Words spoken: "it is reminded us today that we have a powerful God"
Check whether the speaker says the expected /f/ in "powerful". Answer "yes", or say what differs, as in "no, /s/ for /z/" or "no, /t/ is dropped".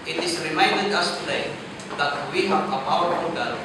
no, /f/ is dropped